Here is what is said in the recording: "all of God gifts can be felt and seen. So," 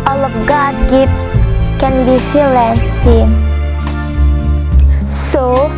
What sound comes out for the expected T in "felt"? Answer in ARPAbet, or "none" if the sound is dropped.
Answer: none